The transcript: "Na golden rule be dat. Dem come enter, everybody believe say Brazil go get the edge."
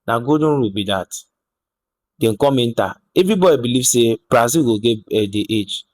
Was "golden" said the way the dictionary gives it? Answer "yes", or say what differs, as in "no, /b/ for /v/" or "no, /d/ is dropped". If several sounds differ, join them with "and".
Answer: no, /l/ is dropped